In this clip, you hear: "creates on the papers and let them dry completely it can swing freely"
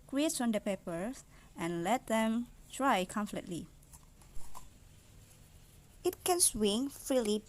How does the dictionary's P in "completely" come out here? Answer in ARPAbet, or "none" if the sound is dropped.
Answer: F